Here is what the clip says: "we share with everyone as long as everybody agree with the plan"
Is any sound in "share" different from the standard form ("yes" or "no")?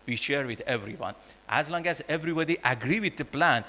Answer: no